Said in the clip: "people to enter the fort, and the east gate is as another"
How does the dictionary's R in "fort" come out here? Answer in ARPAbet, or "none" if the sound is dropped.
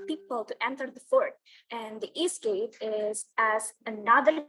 R